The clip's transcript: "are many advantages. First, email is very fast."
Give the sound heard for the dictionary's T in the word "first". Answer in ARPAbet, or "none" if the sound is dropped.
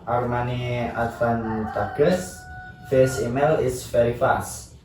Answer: none